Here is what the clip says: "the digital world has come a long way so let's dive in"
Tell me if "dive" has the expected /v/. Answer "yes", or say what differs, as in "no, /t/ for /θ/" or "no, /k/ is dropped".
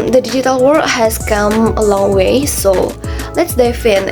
no, /f/ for /v/